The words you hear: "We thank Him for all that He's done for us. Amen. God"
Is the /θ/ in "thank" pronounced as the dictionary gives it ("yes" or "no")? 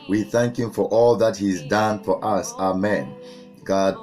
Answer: yes